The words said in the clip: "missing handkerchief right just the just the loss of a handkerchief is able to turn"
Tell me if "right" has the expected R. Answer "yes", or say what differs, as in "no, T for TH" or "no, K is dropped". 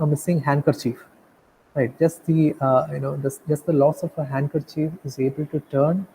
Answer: yes